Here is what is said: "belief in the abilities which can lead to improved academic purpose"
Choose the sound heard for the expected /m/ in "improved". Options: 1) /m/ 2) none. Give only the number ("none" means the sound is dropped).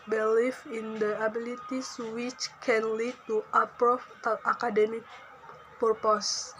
2